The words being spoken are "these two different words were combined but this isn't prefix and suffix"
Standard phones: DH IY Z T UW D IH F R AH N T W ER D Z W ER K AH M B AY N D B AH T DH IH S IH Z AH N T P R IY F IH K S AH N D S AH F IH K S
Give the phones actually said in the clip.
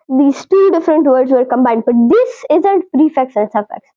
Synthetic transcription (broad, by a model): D IY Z T UW D IH F R AH N T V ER D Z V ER K AH M B AY N D B AH T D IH S IH Z AH N T P R IY F IH K S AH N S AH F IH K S